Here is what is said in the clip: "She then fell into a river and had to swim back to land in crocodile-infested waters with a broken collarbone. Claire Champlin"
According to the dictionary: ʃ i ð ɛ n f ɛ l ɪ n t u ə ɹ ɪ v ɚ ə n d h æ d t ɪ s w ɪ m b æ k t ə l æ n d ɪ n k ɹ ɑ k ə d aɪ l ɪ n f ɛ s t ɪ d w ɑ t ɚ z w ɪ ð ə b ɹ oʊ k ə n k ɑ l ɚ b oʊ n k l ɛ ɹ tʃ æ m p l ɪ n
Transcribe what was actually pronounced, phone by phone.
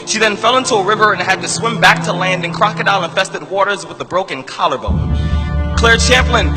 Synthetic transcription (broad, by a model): ʃ i ð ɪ n f ɛ l ɪ n t u ə ɹ ɪ v ɚ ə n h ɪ d t ɪ s w ɪ m b æ k t ə l æ n d ɪ n k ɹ ɑ k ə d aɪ n ɪ n f ɛ s t ɪ d w ɑ t ɚ z w ɪ ð ə b ɹ oʊ k ə n k ɑ l ɚ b oʊ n k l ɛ ɹ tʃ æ m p l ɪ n